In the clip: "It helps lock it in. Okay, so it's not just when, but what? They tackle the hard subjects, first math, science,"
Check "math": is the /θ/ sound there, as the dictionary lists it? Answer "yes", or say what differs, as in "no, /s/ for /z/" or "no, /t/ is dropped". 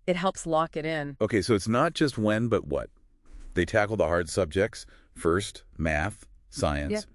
yes